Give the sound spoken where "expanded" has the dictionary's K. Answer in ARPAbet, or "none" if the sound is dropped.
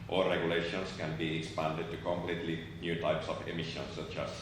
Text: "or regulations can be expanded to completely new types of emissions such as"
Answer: K